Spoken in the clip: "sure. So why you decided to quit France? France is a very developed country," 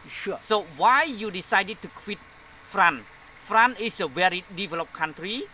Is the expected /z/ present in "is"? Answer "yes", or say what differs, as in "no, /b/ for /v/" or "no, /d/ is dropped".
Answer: no, /s/ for /z/